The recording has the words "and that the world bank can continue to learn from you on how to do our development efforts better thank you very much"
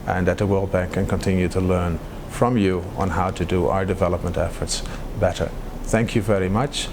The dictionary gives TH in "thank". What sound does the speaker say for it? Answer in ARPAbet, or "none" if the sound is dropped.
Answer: TH